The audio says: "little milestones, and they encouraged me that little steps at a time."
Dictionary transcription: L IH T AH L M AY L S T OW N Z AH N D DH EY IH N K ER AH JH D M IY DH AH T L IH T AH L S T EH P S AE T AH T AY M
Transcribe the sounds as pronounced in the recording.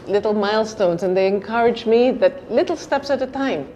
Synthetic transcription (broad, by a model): L IH T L M AY L S T OW N Z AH N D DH EY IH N K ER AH JH M IY DH AH T L IH T L S T EH P S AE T AH T AY M